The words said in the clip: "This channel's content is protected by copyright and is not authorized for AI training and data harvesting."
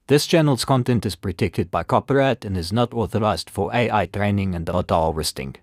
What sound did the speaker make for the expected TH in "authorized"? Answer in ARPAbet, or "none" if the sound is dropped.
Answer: TH